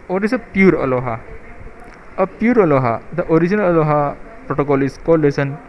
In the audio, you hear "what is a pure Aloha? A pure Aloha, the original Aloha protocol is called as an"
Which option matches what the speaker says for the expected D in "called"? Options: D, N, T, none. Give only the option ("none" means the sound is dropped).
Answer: none